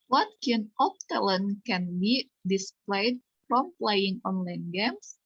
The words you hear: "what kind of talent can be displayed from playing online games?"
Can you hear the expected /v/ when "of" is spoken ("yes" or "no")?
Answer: no